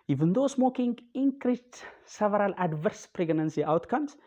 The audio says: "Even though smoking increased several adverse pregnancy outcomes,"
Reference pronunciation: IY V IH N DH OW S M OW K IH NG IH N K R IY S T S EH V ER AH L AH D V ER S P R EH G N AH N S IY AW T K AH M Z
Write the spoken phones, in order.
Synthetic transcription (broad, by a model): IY V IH N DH OW S M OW K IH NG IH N K R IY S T S EH V ER AH L AH D V ER S P R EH G N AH N S IY AW T K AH M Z